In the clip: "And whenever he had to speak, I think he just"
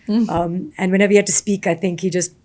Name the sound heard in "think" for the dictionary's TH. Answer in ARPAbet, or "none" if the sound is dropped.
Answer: TH